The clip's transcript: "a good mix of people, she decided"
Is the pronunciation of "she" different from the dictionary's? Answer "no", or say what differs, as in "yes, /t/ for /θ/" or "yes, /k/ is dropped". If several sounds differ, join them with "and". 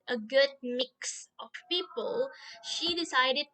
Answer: no